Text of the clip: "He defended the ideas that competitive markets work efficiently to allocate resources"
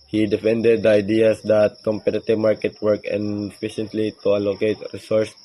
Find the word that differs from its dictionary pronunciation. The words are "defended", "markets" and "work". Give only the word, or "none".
markets